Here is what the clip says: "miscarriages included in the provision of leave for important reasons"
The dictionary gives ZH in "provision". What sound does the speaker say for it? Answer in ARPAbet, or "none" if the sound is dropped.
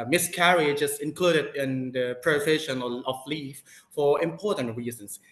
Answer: SH